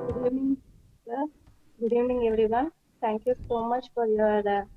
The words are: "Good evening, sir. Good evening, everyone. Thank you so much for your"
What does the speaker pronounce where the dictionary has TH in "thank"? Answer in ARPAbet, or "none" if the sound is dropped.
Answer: T